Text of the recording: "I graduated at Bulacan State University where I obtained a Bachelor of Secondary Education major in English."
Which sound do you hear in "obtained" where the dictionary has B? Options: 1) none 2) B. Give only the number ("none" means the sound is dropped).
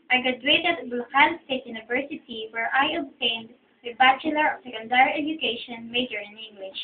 2